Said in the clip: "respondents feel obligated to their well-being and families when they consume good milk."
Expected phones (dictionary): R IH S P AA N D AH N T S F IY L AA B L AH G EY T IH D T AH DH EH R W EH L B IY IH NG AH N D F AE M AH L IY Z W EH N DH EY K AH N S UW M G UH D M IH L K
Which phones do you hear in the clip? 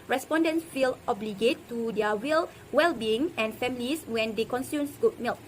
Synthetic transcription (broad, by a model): R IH S P AA N D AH N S F IY L AA B L AH G EY T IH D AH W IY L W EH L B IY IH NG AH N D F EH M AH L IY S W EH N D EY K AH N S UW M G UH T M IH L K